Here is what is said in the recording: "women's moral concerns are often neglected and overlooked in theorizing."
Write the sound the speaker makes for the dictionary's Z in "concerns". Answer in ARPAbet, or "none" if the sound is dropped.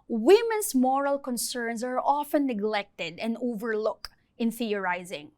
S